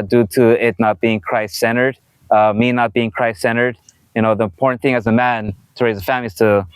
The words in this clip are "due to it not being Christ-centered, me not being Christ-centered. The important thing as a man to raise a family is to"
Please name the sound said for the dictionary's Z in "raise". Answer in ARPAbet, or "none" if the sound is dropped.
Z